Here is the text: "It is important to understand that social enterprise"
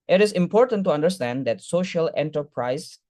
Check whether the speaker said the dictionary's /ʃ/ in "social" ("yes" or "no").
yes